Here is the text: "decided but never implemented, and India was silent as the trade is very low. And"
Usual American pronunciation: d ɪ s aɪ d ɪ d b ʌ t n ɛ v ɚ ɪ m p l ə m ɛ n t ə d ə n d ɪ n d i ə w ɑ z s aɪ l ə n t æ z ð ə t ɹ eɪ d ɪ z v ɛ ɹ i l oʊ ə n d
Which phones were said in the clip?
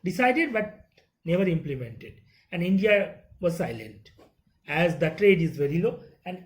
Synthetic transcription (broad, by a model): d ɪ s aɪ d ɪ d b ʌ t n ɛ v ɚ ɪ m p l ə m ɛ n t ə d ə n d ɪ n d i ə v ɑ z s aɪ l ə n t æ z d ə t ɹ eɪ d ɪ z v ɛ ɹ i l oʊ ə n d